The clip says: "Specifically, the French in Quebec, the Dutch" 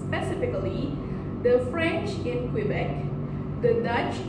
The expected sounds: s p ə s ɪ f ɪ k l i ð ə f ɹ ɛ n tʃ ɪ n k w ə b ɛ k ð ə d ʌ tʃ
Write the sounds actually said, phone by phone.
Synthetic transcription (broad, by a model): p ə s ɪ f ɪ k l i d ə f ɹ ɛ n tʃ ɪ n k w ə b ɛ k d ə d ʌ tʃ